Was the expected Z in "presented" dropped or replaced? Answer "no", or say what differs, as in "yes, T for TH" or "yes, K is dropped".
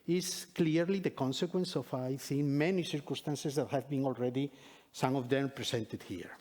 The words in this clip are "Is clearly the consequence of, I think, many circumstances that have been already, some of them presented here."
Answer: yes, S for Z